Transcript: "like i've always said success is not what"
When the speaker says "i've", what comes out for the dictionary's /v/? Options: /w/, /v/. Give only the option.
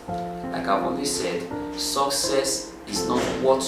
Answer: /w/